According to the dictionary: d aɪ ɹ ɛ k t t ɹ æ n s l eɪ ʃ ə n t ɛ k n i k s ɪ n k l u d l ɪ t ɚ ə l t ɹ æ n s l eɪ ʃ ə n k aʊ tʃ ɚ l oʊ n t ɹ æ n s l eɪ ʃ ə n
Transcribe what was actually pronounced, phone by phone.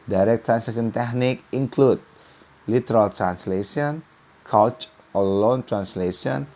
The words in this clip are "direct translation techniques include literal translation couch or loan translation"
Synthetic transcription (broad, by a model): d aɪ ɹ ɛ k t t ɹ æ n s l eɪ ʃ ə n t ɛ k n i k ɪ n k l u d l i t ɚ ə l t ɹ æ n s l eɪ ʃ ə n k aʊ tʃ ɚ l oʊ n t ɹ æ n s l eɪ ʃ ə n